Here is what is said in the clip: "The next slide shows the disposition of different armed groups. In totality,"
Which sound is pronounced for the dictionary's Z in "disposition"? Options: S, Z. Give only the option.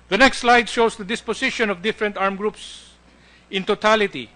S